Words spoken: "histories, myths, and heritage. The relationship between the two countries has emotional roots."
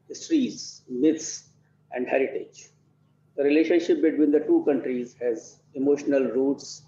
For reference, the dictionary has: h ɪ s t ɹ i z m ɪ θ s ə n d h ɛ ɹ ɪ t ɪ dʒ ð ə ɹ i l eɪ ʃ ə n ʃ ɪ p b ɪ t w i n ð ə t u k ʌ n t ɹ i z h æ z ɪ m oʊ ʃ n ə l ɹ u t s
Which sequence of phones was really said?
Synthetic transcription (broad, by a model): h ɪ s t ɹ i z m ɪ t s ə n d h ɛ ɹ ɪ t ɪ dʒ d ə ɹ i l eɪ ʃ ə n ʃ ɪ p b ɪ t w i n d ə t u k ʌ n t ɹ i z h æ z ɪ m oʊ ʃ n ə l ɹ u t s